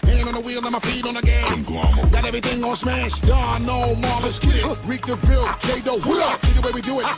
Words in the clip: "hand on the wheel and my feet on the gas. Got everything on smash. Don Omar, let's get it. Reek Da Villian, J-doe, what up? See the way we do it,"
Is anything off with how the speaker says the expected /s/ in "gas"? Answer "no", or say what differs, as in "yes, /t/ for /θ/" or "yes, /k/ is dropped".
yes, /s/ is dropped